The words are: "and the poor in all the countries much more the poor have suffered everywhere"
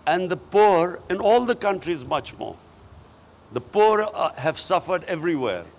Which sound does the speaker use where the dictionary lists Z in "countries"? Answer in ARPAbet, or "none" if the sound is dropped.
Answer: Z